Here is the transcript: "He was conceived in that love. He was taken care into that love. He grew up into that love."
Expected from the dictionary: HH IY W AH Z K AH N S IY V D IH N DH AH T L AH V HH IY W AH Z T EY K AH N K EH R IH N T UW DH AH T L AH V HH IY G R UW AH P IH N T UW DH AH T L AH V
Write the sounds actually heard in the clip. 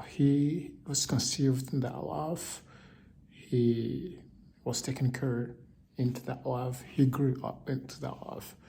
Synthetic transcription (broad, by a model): HH IY W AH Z K AH N S IY V D IH N DH AH T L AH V HH IY W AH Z T EY K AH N K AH R IH N T UW DH AH T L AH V HH IY G R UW AH P IH N T UW DH AH T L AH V